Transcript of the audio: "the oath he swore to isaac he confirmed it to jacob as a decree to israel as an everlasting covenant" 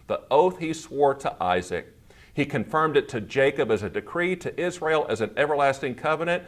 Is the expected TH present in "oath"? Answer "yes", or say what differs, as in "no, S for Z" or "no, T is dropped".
yes